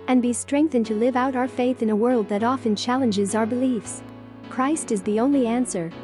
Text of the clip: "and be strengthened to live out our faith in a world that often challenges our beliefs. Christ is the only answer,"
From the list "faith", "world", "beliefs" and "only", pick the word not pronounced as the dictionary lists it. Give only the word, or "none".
none